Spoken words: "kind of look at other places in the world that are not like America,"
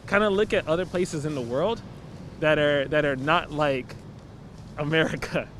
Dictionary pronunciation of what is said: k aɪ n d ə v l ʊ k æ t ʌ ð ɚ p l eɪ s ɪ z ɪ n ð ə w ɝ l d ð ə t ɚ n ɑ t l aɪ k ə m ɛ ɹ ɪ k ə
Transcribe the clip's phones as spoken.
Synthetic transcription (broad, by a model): k aɪ n d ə l ʊ k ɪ t ʌ ð ɚ p l eɪ s ɪ z ɪ n ð ə w ɝ l d ð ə t ɚ n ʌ t l aɪ k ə m ɛ ɹ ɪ k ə